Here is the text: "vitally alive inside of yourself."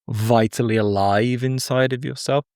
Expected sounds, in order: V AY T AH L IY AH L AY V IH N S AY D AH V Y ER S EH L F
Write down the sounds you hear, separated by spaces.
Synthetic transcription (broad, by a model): V AY T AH L IY AH L AY V IH N S AY D AH V Y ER S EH L F